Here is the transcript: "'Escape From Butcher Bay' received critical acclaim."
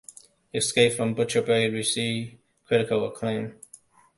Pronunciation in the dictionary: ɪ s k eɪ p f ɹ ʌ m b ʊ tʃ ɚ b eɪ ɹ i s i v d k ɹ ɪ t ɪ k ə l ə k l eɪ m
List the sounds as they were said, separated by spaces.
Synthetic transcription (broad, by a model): ɪ s k eɪ p f ɹ ʌ m b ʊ tʃ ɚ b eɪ w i s i k ɹ ɪ t ɪ k ə l ə k l eɪ m